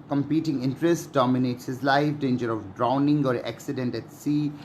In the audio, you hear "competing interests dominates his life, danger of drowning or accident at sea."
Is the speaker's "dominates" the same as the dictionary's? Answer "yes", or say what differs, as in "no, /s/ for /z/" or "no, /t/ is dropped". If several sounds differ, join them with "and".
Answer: yes